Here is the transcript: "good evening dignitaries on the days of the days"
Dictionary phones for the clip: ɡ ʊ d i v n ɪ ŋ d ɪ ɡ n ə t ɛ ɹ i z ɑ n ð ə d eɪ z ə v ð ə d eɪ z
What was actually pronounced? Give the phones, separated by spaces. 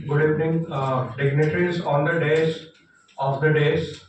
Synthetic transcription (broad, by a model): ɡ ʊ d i p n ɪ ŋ d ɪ ɡ n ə t ɹ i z ɑ n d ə d eɪ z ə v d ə d eɪ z